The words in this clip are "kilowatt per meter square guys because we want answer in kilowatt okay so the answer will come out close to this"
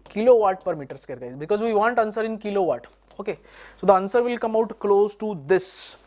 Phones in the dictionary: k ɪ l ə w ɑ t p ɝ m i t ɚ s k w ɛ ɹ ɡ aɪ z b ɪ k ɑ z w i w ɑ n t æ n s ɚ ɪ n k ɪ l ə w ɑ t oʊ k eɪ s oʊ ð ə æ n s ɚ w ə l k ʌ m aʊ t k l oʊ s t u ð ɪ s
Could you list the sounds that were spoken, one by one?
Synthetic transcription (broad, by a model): k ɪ l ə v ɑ t p ɝ m i t ɚ s k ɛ ɹ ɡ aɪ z b ɪ k ɑ z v i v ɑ n t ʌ n s ɚ ɪ n k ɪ l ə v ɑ t oʊ k eɪ s oʊ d ə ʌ n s ɚ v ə l k ʌ m aʊ t k l oʊ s t u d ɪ s